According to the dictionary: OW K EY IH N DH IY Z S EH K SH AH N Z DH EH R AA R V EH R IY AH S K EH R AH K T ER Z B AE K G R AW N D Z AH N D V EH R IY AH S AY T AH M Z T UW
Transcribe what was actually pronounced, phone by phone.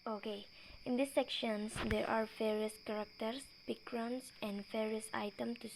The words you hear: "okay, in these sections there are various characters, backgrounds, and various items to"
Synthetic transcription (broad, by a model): OW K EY IH N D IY S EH K SH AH N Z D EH R AA R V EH R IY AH S K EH R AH K T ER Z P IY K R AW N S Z AH N D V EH R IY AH S AY T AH M T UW